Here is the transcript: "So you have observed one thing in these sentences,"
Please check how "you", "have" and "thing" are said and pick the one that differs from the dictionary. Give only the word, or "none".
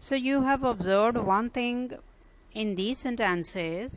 thing